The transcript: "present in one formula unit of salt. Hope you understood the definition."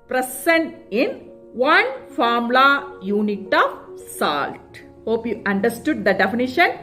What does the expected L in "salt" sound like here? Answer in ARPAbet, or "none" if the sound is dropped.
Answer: L